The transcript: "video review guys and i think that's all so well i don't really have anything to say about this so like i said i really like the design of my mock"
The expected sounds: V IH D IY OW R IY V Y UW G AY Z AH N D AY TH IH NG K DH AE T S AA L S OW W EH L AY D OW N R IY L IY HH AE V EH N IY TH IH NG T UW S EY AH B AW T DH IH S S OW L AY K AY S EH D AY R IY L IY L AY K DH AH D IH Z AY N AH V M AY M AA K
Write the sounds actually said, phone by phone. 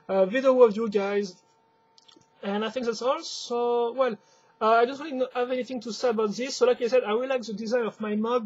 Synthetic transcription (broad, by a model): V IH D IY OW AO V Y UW G AY Z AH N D AY TH IH NG K DH AE T S AA L S OW W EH L AY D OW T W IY N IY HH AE V EH N IY TH IH NG T UW S EY AH B AW T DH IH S S OW L AY K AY S EH D AY W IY L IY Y K DH AH D IH Z AY N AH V M AY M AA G